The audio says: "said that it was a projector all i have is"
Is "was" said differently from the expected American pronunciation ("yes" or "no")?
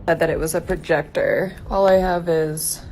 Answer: no